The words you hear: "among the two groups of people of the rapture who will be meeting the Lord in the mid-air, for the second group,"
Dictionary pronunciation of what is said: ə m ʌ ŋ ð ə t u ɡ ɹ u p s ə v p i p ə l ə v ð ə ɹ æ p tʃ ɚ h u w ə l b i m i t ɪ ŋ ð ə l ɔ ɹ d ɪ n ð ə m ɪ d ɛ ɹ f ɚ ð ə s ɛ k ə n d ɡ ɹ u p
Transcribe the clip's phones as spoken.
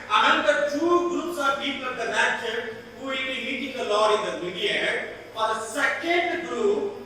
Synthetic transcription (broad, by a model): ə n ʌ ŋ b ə t u ɡ ɹ u p s ə v p i p ə l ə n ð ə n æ tʃ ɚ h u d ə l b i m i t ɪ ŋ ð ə l ɔ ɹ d ɪ n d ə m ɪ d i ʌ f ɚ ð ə s ɛ k ə n d ɡ ɹ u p